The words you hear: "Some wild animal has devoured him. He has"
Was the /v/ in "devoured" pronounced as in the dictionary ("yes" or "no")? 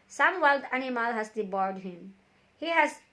no